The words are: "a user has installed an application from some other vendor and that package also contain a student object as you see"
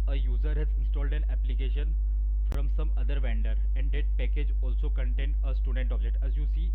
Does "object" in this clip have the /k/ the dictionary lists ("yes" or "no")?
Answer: no